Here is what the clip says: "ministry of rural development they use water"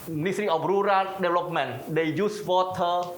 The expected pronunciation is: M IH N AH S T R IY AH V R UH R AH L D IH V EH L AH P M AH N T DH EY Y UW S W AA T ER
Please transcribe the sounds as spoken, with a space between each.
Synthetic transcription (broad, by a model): M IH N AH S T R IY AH P R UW R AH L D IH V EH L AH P M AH N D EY Y UW S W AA T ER